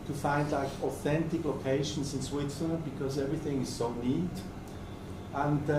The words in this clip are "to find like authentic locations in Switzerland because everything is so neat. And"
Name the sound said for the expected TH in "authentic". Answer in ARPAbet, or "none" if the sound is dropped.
TH